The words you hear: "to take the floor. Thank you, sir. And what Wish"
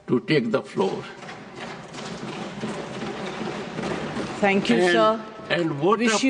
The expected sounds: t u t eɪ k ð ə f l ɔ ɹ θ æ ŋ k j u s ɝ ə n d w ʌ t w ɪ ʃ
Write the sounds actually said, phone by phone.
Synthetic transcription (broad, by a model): t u t eɪ k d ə f l ɔ ɹ t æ ŋ k j u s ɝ ə n d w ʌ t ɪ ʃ